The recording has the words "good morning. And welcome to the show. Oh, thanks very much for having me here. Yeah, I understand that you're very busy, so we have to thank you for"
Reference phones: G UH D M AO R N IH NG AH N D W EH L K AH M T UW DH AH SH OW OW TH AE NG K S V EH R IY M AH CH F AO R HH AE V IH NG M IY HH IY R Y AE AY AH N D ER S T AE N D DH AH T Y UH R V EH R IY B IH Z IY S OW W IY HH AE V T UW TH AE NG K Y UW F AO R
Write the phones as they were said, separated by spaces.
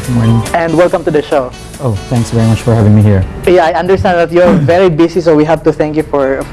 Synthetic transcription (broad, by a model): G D M AO R N IH NG AH N D W EH L K AH M T UW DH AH SH OW OW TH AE NG K S V EH R IY M AH CH F AO R HH AE V IH NG M IY HH IY R Y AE AY AH N D ER S T AE N D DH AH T Y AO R V EH R IY B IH S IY S OW W IY HH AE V T UW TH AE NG K Y UW F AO R